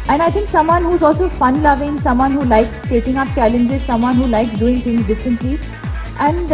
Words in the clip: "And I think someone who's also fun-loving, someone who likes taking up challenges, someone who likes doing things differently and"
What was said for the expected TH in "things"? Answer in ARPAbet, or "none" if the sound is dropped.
T